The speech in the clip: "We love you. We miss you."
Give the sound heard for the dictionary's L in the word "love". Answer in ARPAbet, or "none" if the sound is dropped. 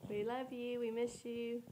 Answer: L